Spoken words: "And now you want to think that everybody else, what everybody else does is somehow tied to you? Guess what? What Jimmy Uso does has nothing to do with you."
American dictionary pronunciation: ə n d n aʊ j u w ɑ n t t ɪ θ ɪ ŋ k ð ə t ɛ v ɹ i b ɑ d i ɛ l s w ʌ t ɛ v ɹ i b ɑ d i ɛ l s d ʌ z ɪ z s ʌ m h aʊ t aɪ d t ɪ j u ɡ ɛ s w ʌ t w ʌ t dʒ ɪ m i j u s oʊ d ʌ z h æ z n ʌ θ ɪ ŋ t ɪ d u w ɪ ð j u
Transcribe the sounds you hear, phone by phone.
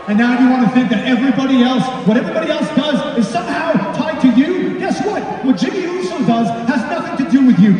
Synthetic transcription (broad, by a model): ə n n aʊ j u w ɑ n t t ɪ θ ɪ ŋ k ð ə t ɛ v ɹ i b ɑ d i ɛ l s w ʌ t ɛ v ɹ i b ɑ d i ɛ l s d ʌ z ɪ z s ʌ m h aʊ t aɪ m t ɪ j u ɡ ɛ s w ʌ t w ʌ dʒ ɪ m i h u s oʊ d ʌ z h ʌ z n ʌ θ ɪ ŋ t ɪ d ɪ w ɪ ð j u